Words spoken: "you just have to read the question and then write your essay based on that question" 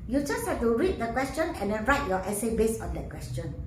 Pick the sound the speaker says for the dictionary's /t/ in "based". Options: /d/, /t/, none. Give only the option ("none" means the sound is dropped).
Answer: none